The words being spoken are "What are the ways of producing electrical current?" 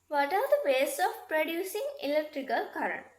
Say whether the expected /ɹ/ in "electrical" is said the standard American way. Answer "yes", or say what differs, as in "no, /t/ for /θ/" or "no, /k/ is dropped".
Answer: yes